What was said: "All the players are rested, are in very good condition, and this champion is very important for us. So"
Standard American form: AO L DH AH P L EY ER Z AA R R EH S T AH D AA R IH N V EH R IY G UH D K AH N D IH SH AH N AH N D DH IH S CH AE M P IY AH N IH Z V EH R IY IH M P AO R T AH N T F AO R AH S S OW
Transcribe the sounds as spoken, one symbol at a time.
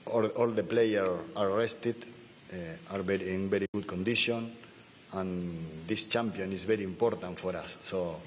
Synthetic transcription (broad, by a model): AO L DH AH P L EY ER AA R R EH S T AH D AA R IH N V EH R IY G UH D K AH N D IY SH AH N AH N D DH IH S CH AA M P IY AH N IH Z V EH R IY IH M P AO R T AH N T F AO R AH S S OW